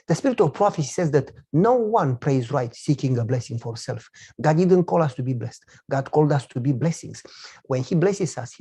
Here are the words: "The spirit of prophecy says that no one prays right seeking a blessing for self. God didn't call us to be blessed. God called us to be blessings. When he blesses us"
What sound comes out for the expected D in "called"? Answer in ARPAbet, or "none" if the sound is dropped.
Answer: D